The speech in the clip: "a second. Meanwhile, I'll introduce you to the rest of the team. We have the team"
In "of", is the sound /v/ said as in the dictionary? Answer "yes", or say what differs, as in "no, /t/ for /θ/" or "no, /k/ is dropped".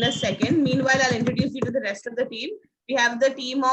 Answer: yes